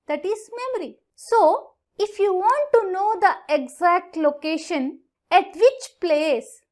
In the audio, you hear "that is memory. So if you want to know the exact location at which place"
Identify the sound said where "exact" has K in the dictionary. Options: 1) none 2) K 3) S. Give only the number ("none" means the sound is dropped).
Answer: 2